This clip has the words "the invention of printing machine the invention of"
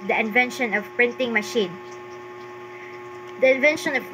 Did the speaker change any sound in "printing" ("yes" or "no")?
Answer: no